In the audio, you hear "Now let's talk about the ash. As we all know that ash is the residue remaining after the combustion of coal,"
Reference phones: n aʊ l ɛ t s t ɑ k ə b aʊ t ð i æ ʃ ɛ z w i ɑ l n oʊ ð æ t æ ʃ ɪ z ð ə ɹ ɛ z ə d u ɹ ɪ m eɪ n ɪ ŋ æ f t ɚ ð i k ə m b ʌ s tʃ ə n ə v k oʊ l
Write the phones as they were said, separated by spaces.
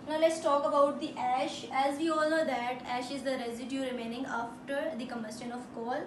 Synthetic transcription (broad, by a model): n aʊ l ɛ t s t ɑ k ə b aʊ t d i æ ʃ ɛ z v i ɑ l n oʊ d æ t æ ʃ ɪ z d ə ɹ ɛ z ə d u ɹ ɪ m eɪ n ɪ ŋ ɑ f t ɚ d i k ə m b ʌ s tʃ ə n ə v k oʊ l